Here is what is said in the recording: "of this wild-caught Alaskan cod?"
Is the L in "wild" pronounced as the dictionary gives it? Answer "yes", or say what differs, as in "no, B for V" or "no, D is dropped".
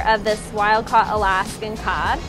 yes